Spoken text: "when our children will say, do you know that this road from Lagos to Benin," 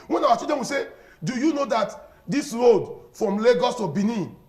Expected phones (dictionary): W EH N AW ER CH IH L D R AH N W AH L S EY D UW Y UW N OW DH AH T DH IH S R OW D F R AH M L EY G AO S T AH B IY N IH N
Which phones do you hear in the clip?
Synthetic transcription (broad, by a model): W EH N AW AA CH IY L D AH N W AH S EY D UW Y UW N OW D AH T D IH S R OW D F R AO M L EY G AO S T AH B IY N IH